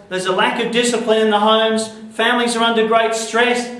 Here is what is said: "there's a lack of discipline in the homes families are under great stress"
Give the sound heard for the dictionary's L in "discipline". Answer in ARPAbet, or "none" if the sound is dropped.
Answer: L